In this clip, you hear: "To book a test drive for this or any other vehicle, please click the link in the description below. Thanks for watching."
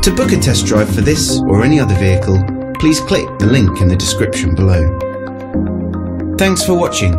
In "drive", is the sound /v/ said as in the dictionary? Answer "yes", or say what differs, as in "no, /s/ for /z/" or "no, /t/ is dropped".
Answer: no, /b/ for /v/